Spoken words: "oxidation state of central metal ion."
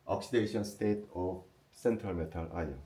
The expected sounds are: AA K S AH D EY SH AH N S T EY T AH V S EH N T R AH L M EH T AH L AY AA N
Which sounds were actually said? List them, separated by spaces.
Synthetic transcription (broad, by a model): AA K S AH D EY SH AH N S T EY T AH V S EH N T R AH L M EH T AH L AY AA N